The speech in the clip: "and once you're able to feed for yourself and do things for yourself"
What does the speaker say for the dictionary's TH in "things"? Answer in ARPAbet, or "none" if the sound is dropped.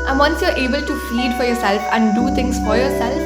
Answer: T